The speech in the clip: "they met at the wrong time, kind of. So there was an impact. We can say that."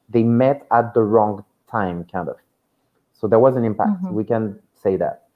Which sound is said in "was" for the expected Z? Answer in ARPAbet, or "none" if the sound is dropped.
Z